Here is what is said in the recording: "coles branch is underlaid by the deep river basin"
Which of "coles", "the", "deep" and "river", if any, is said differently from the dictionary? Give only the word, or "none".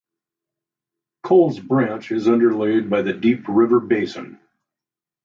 none